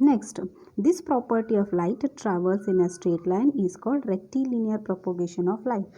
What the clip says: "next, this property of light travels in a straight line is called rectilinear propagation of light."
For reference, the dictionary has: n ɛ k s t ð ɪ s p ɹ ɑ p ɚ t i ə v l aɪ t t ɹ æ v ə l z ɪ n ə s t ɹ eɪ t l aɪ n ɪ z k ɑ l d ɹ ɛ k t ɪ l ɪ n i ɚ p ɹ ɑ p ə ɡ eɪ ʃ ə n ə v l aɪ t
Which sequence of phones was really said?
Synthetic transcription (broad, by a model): n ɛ k s t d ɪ s p ɹ ɑ p ɚ t i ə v l aɪ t t ɹ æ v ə l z ɪ n ə s t ɹ eɪ t l aɪ n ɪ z k ɑ l d ɹ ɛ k t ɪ l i n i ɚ p ɹ ɑ p ə ɡ eɪ ʃ ə n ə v l aɪ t